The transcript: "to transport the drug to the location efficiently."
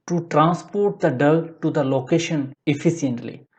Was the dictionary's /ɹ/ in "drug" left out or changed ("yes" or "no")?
yes